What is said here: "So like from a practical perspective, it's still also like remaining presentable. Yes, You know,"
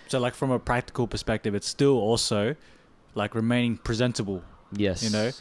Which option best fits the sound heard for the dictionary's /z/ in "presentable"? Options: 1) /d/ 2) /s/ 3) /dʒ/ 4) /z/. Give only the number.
4